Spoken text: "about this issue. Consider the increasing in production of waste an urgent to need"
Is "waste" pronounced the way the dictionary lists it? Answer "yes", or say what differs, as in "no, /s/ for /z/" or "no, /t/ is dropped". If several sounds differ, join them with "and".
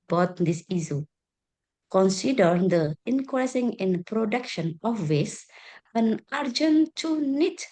no, /t/ is dropped